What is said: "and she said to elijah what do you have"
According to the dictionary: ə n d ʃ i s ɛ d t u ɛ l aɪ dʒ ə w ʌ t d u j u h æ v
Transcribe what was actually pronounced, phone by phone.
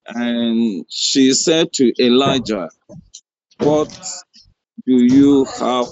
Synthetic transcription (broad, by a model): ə n ʃ i s ɛ d t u ɛ l aɪ dʒ ə w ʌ t d u j u h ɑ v